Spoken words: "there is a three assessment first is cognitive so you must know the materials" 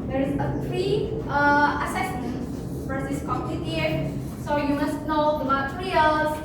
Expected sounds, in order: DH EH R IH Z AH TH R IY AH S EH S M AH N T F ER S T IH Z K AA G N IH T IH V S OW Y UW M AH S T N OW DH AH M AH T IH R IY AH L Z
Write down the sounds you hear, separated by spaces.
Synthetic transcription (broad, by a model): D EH R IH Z AH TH R IY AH S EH S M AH N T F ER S IH S K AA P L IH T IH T S OW Y UW M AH S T N OW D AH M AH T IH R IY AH L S